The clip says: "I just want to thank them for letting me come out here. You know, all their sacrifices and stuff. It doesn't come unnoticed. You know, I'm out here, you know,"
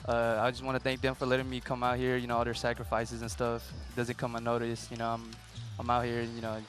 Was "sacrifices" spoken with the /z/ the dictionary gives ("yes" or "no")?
yes